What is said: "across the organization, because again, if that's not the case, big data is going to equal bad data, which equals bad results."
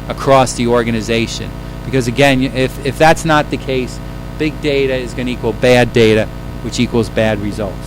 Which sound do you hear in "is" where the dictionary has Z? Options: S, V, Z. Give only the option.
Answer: Z